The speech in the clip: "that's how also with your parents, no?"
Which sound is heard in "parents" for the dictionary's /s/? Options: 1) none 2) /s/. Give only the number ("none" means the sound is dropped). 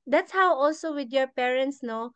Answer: 2